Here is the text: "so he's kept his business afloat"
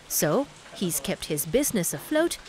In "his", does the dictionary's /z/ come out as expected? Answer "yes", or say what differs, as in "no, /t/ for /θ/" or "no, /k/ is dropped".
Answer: yes